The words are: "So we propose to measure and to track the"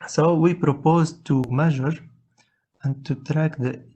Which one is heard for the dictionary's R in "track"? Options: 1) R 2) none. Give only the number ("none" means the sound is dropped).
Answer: 1